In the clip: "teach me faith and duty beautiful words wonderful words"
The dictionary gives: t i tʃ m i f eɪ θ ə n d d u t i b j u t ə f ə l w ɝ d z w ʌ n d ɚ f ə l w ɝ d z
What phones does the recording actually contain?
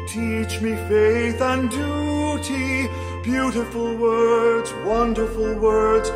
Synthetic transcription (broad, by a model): t i tʃ m i f eɪ θ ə n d d u t i b j u t ə f ə l w ɝ d z w ʌ n d ɚ f ə l w ɝ d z